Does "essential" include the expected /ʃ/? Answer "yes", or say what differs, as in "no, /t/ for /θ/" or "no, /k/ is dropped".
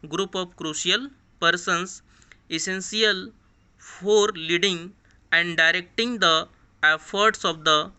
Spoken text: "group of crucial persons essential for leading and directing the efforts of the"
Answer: no, /s/ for /ʃ/